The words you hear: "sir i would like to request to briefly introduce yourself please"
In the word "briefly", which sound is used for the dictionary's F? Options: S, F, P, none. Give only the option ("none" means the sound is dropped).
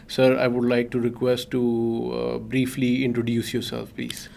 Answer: F